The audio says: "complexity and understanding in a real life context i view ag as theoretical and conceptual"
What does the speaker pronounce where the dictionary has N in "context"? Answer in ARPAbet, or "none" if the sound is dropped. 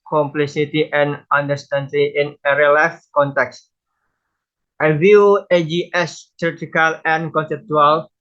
N